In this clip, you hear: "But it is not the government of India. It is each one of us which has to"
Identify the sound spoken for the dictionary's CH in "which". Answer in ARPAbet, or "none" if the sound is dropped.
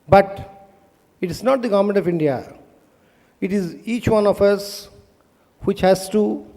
CH